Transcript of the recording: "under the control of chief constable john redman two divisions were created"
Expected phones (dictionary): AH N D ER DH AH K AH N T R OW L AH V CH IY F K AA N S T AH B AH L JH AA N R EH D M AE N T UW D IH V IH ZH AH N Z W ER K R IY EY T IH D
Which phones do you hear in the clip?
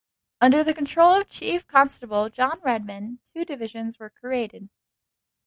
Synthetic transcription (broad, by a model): AH N D ER DH AH K AH N T R OW L AH V CH IY F K AA N S T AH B L JH AA N R EH D M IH N T UW D IH V IH ZH AH N Z W ER K R IY EY T IH D